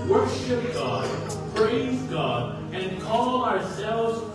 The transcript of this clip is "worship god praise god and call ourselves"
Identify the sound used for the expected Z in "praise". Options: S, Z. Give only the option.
Z